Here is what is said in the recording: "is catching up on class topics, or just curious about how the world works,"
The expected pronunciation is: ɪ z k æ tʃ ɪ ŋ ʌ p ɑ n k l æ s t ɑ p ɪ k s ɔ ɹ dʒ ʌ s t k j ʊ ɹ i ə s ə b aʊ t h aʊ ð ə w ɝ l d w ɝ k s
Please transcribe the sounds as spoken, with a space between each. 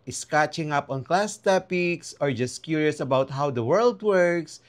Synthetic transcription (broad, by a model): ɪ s k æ tʃ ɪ ŋ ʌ p ɑ n k l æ s t ɑ p ɪ k s ɔ ɹ dʒ ʌ s t k j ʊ ɹ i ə s ə b aʊ t h aʊ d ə w ɝ l d w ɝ k s